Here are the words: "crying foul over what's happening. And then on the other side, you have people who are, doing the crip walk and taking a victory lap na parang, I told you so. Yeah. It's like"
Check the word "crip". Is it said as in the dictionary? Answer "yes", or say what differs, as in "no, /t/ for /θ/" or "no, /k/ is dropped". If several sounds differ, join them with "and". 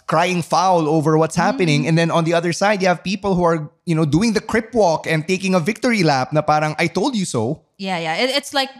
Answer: yes